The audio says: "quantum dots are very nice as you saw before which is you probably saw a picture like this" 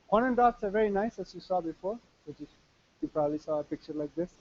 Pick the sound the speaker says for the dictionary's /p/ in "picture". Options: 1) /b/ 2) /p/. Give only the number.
2